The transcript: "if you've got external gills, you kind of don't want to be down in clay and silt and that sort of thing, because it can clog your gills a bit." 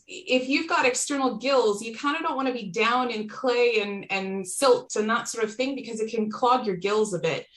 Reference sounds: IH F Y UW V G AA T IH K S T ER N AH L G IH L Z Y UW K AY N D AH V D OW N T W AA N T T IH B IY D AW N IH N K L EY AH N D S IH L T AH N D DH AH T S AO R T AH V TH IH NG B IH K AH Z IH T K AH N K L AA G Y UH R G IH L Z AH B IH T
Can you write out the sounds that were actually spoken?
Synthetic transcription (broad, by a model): IH F Y UW V G AA T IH K S T ER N L G IH L Z Y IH K AY N D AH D OW N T W AA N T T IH B IY D AW N IH N K L EY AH N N S IH L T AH N DH AH T S AO R T AH V TH IH NG B IH K AH Z IH T K AH N K L AA G Y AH R G IH L Z AH B IH T